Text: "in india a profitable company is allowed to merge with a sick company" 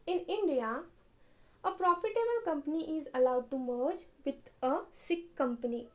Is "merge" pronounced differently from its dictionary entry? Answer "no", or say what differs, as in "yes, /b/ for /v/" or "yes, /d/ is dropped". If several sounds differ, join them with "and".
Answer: no